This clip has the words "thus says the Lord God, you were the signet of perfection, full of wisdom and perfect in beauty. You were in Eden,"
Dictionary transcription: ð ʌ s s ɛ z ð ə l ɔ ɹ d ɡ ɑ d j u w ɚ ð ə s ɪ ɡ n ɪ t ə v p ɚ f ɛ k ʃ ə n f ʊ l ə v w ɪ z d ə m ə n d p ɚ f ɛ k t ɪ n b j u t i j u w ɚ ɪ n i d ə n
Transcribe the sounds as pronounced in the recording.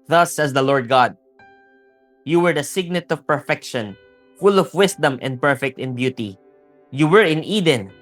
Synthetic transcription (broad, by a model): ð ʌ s s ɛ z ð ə l ɔ ɹ d ɡ ɑ d j u w ɚ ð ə s ɪ ɡ n ɪ t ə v p ɚ f ɛ k ʃ ə n f ʊ l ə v w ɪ s d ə m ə n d p ɚ f ɛ k t ɪ n b j u t i j u w ɚ ɪ n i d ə n